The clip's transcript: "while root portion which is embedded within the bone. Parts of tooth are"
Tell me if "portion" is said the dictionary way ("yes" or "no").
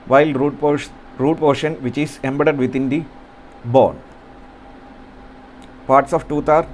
yes